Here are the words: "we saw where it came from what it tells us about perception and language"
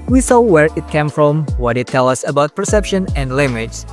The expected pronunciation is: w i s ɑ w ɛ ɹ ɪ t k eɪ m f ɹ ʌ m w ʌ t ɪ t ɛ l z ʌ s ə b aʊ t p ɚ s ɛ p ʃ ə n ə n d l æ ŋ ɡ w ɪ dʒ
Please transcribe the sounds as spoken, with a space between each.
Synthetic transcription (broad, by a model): w i s ɑ w ɛ ɹ ɪ t k eɪ m f ɹ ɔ m w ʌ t ɪ t ɛ l ʌ s ə b aʊ t p ɚ s ɛ p ʃ ə n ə n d l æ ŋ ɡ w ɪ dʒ